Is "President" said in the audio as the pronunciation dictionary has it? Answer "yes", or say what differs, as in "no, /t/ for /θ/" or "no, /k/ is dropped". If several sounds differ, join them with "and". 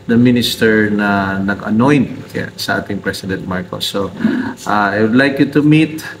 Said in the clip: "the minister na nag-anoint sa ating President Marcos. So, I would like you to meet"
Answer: no, /s/ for /z/